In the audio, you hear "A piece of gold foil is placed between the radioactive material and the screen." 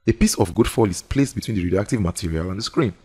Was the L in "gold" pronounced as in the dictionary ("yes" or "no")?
no